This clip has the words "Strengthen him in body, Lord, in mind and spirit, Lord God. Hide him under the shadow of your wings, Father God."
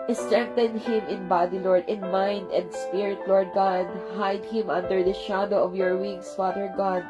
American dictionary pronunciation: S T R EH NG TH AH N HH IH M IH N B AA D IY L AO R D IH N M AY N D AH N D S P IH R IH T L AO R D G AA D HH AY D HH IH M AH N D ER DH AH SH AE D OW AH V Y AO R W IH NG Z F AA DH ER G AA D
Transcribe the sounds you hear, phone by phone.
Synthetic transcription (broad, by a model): S T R EH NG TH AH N HH IH M IH N B AA D IY L AO R D IH N M AY N D AH N D S P IH R IH T L AO R D G AA D HH AY D HH IH M AH N D ER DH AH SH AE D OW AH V Y AO R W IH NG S F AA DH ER G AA D